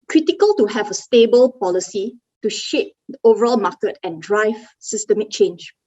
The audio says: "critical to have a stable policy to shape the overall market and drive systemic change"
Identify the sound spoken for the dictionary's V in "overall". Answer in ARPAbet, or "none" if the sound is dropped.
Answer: V